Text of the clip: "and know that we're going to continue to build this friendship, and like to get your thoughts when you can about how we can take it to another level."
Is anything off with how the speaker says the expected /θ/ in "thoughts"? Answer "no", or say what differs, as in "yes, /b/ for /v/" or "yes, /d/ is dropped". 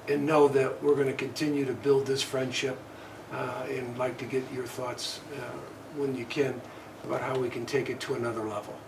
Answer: no